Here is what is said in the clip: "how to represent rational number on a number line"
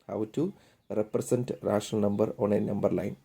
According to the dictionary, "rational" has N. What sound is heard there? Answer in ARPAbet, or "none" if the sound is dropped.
none